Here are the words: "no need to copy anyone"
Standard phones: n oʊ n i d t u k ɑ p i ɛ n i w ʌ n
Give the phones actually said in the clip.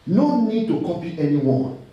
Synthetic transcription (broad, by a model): n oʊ n i d t u k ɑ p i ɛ n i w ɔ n